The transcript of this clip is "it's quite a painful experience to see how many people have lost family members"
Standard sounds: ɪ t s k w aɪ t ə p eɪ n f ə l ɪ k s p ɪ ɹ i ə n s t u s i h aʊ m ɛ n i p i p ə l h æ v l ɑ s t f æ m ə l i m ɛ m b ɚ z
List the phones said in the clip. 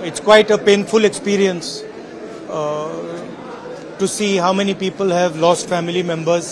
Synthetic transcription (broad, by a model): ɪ t s k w aɪ t ə p eɪ n f ə l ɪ k s p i ɹ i ə n s t u s i h aʊ m ɛ n i p i p ə l h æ v l ɑ s t f æ m ə l i m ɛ m b ɚ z